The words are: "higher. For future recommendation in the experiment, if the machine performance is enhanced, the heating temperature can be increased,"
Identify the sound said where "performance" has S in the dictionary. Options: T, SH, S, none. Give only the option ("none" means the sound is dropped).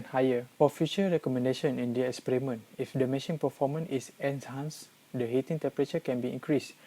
none